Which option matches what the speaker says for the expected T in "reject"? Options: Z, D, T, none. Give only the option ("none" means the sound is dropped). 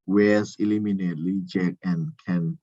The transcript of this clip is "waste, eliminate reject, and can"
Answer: none